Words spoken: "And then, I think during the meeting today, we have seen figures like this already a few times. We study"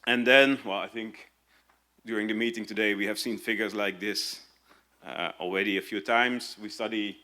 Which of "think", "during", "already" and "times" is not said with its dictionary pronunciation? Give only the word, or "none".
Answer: none